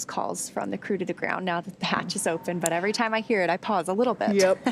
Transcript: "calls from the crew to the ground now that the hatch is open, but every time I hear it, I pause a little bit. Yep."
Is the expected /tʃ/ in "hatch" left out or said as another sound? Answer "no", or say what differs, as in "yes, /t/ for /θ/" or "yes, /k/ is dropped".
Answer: no